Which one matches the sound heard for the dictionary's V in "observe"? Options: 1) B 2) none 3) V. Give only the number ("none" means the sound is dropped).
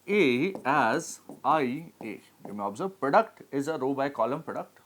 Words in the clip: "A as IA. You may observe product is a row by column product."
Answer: 1